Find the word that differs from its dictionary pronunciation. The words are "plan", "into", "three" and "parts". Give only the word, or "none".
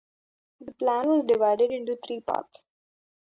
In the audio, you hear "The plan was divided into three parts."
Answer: three